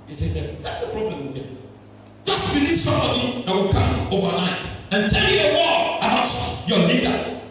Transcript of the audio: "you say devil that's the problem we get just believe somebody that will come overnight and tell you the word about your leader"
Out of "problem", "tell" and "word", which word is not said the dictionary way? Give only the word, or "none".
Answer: word